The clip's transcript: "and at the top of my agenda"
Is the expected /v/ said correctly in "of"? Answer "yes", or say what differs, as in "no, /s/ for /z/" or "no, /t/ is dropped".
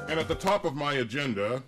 yes